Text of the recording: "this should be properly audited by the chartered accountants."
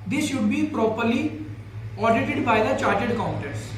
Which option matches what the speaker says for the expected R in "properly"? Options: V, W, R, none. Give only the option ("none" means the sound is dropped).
R